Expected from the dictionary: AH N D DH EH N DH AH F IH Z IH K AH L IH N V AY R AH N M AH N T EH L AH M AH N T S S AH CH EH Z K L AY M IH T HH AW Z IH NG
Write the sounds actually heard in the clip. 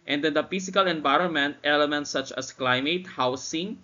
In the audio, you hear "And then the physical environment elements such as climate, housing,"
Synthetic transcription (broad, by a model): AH N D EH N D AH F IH S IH K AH L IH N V AY R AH N M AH N T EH L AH M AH N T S S AH CH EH S K L AY M IH T HH AW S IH NG